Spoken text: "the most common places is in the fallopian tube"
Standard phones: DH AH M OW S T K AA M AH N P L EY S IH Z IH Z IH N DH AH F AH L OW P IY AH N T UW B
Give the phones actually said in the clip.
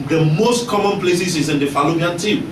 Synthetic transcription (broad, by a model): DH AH M OW S T K AA M AH N P L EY S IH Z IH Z IH N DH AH F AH L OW B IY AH N T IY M